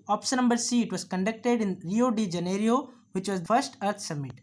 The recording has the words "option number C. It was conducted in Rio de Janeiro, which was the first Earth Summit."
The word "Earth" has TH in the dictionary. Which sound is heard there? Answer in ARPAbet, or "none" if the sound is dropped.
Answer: T